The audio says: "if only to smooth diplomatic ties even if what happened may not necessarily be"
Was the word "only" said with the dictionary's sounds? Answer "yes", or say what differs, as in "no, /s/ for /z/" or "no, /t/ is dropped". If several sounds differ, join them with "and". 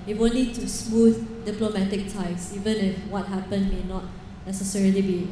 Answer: no, /l/ is dropped